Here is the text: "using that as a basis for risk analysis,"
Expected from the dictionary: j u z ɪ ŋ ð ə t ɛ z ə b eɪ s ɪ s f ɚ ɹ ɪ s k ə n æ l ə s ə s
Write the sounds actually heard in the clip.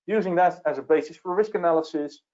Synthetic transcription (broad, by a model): j u z ɪ ŋ ð ə t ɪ z ə b eɪ s ɪ s f ɚ ɹ ɪ s k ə n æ l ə s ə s